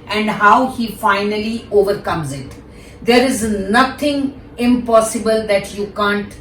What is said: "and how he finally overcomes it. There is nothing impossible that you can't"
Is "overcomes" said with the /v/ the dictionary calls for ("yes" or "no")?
yes